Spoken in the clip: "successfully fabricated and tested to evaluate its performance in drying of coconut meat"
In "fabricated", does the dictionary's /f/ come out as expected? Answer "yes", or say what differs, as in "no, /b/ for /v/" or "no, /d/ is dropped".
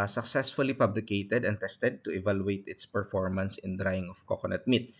no, /p/ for /f/